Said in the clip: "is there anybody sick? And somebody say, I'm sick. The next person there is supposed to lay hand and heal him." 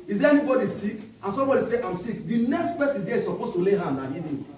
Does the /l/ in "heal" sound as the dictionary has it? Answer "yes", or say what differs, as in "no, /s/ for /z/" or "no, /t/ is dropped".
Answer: no, /n/ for /l/